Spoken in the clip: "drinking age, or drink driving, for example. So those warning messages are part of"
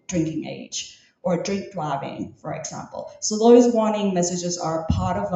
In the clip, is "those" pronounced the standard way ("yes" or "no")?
yes